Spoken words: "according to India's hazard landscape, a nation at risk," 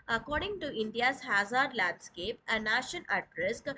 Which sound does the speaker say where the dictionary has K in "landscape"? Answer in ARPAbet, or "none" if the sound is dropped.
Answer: K